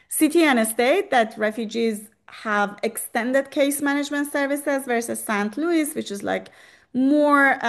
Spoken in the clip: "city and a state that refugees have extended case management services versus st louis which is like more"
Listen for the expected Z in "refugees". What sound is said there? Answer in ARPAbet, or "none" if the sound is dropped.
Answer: Z